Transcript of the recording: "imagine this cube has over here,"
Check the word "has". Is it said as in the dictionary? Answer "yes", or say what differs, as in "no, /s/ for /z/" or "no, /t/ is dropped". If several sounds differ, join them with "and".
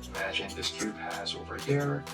yes